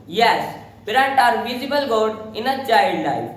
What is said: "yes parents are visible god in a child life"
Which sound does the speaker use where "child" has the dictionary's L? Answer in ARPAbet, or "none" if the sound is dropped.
none